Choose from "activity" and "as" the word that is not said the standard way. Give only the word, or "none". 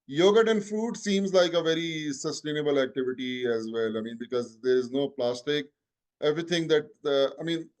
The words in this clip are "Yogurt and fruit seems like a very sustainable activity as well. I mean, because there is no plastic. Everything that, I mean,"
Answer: none